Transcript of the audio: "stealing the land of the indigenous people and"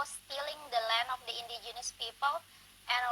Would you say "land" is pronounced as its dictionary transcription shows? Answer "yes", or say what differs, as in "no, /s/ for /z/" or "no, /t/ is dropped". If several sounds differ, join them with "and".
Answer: no, /d/ is dropped